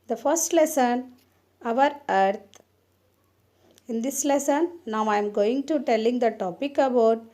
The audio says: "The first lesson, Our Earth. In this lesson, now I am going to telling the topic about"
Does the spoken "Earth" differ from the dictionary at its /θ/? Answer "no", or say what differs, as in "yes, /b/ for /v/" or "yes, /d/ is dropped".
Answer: yes, /t/ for /θ/